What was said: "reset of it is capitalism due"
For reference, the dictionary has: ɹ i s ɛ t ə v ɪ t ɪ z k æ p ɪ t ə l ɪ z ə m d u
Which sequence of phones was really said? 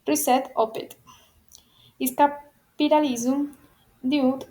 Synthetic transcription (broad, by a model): ɹ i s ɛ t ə p ɪ t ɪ s k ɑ p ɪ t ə l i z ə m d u